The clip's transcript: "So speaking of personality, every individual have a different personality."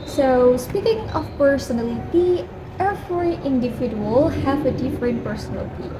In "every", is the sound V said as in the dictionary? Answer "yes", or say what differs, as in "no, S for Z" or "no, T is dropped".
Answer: no, F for V